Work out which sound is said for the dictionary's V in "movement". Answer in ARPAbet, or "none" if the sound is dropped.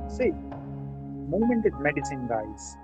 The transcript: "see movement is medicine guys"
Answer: none